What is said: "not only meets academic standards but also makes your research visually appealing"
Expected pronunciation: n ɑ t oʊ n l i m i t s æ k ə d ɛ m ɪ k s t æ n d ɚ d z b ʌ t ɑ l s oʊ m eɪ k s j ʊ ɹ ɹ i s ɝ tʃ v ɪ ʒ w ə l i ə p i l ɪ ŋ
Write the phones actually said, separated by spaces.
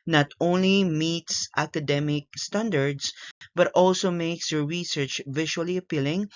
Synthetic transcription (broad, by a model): n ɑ t oʊ n l i m i t s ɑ k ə d ɛ m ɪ k s t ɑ n d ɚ d s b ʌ t ɑ l s oʊ m eɪ k s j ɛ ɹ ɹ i s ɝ tʃ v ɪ ʃ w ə l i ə p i l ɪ ŋ